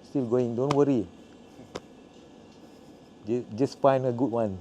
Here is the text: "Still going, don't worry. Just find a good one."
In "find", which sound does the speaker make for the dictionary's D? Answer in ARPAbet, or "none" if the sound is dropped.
none